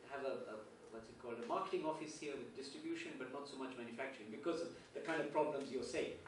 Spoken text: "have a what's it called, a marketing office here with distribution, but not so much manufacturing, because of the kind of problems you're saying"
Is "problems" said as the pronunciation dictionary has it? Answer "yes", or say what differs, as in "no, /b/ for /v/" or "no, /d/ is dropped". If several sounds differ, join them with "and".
yes